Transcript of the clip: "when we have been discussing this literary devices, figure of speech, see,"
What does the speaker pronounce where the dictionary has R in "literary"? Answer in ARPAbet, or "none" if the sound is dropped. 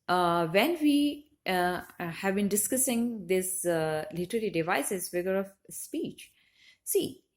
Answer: L